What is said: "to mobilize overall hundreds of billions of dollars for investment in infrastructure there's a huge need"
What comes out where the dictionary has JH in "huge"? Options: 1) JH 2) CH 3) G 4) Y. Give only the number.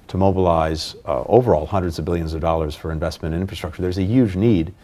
1